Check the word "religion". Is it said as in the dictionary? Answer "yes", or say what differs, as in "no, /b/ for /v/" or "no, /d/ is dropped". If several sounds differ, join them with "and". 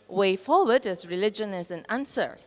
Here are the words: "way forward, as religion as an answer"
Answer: yes